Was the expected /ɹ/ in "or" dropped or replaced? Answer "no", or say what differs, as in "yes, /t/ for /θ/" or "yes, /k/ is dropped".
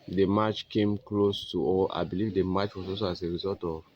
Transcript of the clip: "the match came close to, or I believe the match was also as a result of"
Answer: yes, /l/ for /ɹ/